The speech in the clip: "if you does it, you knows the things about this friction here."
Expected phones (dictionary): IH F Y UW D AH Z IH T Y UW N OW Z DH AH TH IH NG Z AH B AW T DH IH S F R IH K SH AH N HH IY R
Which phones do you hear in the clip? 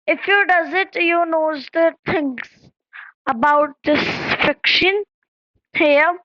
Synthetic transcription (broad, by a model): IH F Y UW D AH Z IH T Y UW N OW Z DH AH T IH NG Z AH B AW T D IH S F IH K SH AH N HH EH